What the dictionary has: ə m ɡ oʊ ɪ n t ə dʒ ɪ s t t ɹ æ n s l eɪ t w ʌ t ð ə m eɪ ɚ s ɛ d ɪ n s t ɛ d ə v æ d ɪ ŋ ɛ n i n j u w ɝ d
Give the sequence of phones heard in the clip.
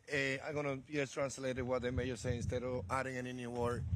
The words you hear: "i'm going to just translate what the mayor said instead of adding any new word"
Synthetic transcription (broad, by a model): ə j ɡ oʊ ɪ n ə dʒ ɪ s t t ɹ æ n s l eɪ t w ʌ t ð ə m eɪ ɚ s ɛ ɪ n s t ɛ d ə v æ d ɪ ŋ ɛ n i n j u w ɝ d